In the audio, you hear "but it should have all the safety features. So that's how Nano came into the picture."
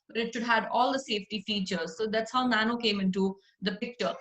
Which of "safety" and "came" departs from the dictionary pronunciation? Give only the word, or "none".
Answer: none